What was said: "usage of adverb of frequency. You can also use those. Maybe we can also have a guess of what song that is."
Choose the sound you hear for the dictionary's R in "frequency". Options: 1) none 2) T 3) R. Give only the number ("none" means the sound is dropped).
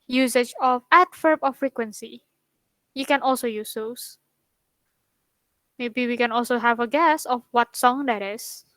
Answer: 3